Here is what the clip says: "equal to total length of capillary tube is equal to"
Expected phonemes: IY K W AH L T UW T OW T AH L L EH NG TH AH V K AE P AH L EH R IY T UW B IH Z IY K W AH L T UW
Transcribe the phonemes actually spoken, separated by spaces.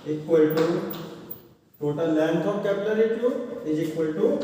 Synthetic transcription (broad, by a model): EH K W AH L T UW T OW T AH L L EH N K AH P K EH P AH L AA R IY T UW IH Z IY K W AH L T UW